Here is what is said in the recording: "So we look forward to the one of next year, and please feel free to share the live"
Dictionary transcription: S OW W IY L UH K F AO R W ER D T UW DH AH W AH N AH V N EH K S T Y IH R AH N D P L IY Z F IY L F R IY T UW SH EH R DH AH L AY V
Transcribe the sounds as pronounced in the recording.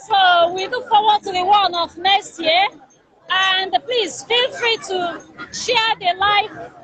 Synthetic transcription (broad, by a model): S OW W IY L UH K F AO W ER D T UW DH AH W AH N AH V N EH S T Y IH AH N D P L IY Z F IY L F R IY T UW SH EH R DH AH L AY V